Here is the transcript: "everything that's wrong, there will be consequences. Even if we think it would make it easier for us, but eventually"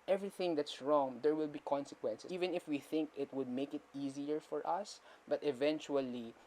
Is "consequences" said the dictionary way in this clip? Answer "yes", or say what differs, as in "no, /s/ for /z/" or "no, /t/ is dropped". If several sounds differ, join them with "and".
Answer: no, /z/ is dropped